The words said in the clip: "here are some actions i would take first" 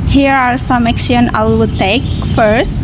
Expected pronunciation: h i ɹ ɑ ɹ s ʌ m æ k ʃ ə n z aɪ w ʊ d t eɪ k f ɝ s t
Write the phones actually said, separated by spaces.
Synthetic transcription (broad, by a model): h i ɹ ɑ ɹ s ʌ m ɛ k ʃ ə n aɪ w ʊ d t eɪ k f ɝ s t